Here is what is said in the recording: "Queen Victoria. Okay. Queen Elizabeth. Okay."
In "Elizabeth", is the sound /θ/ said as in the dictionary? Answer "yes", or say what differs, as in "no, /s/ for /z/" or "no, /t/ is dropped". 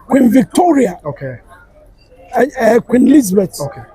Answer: no, /t/ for /θ/